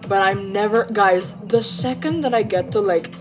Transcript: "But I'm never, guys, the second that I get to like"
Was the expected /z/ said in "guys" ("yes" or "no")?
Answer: yes